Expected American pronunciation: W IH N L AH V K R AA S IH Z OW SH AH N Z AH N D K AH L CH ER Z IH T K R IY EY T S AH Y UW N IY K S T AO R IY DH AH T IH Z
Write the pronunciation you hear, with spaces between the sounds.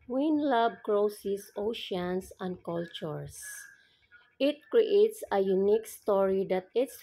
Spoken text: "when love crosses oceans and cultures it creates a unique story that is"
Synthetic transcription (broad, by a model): W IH N L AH B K R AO S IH S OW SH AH N S AH N D K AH L CH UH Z IH T K R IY EY T S AH Y UW N IY K S T AO R IY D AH T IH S